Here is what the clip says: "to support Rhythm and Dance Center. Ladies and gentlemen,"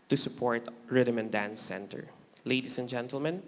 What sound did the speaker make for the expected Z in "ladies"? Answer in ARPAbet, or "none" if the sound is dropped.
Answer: S